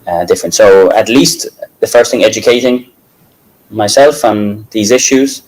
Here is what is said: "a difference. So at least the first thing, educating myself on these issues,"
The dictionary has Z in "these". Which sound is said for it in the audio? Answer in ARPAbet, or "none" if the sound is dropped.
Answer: Z